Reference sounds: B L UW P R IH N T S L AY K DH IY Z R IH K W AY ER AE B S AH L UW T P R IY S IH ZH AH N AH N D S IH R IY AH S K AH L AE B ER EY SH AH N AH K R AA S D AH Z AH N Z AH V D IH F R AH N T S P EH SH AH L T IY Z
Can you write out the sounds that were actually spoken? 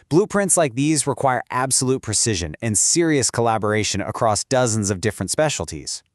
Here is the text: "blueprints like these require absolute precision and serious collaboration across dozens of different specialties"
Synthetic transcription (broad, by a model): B L UW P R IH N T S L AY K DH IY Z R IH K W AY ER AE B S AH L UW T P R IY S IH ZH AH N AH N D S IH R IY AH S K AH L AE B ER EY SH AH N AH K R AA S D AH Z AH N Z AH V D IH F R AH N T S P EH SH L T IY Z